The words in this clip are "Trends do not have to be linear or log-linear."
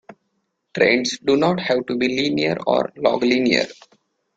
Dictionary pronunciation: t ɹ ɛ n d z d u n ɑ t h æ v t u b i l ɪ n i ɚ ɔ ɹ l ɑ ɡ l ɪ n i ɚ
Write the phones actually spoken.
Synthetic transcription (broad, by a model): t ɹ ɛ n d s d u n ɑ t h æ v t u b i l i n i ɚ ɔ ɹ l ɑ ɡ l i n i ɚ